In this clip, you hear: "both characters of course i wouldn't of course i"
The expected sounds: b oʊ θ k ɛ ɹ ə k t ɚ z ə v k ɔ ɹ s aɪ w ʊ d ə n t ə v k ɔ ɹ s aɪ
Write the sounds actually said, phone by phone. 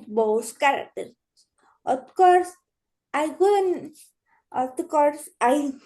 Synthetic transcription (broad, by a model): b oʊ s k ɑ ɹ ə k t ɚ ə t k ɔ ɹ s aɪ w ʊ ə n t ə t k ɔ ɹ s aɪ